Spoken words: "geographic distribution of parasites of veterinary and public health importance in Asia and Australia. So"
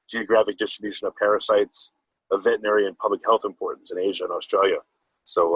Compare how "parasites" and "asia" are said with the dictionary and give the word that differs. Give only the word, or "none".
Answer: none